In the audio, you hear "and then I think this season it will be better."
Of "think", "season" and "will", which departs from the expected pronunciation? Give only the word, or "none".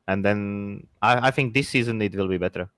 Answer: none